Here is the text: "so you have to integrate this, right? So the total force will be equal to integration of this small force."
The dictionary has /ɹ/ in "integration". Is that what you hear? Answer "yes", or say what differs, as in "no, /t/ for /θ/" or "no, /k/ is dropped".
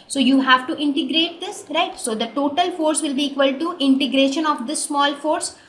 yes